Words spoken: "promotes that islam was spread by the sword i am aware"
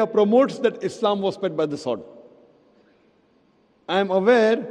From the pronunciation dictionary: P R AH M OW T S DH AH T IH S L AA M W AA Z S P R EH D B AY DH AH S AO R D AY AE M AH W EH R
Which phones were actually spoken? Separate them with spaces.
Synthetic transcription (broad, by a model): P R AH M OW T S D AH T IH S L AA M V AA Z S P EH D B AY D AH S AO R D AY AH M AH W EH R